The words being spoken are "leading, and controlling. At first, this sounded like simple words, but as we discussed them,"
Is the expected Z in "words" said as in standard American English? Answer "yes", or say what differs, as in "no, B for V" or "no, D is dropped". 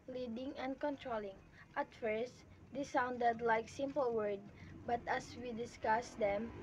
no, Z is dropped